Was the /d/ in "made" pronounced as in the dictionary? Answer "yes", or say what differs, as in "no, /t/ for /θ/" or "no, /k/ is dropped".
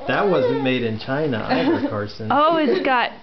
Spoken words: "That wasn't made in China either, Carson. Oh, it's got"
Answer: yes